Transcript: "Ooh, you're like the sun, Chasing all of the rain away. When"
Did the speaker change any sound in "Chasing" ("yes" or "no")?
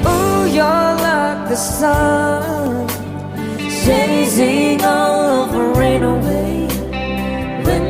yes